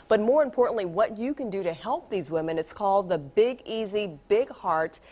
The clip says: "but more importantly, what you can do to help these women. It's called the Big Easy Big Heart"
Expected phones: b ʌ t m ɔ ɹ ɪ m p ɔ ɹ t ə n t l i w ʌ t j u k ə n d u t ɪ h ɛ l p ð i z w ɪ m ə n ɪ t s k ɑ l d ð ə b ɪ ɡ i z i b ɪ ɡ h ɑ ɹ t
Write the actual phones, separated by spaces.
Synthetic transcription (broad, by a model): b ʌ t m ɔ ɹ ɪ m p ɔ ɹ t n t l i w ʌ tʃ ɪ k ə n d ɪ t ɪ h ɛ l p ð i z w ɪ m ə n ɪ t s k ɑ l d ð ə b ɪ ɡ i z i b ɪ ɡ h ɑ ɹ t